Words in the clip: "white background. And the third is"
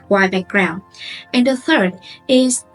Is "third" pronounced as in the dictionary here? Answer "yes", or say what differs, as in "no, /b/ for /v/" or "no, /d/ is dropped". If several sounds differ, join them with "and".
yes